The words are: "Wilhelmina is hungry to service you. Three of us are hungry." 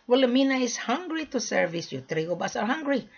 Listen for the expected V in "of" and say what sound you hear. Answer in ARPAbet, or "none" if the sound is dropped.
B